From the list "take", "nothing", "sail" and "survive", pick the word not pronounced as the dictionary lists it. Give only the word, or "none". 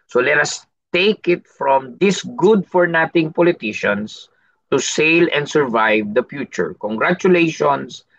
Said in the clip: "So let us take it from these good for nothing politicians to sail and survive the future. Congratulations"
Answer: nothing